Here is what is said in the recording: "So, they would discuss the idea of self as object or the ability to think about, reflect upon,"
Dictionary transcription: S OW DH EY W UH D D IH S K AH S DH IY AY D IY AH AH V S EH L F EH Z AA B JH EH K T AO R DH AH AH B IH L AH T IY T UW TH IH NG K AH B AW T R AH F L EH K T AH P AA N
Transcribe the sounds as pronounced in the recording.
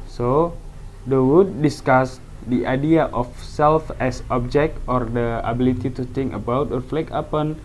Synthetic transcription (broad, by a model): S OW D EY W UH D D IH S K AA S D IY AY D IY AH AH F S EH L F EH S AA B JH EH K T AO R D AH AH B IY L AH T IY T UW T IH NG K AH B AW T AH F L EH K AH P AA N